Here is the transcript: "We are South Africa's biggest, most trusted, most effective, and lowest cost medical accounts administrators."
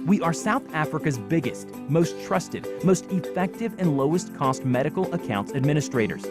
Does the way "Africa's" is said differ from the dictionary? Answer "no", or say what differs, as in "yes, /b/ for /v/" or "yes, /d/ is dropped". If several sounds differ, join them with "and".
no